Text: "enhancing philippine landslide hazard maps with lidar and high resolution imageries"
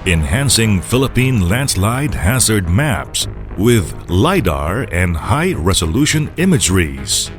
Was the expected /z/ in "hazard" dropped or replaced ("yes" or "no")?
no